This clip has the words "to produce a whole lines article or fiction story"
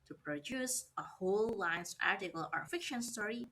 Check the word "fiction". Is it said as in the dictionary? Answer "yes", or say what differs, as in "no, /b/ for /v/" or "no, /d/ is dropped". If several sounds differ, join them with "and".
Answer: yes